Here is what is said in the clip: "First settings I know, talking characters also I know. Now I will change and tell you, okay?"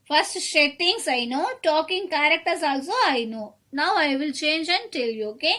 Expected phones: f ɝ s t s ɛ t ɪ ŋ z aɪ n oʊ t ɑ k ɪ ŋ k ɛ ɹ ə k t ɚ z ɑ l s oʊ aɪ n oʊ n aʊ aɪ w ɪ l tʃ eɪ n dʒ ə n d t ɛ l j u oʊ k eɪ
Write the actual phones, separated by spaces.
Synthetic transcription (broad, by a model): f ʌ s t ʃ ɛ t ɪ ŋ s aɪ n oʊ t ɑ k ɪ ŋ k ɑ ɹ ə k t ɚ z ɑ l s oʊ aɪ n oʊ n aʊ aɪ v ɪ l tʃ eɪ n dʒ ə n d t ɛ l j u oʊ k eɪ